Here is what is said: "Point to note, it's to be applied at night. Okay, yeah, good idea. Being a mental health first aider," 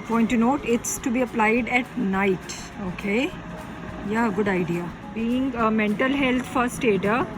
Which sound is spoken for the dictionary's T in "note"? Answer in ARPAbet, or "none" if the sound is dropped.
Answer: T